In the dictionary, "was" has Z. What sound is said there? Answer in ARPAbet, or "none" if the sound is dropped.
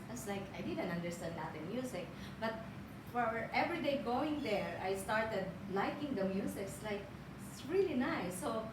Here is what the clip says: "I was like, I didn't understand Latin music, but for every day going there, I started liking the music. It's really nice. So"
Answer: S